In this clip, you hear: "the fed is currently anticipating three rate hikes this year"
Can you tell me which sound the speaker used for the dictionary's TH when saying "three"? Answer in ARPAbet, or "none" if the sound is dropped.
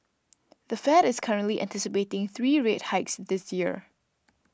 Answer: TH